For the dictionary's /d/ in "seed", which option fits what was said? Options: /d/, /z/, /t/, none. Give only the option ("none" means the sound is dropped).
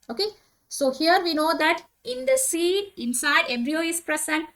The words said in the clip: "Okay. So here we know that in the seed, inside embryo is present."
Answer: none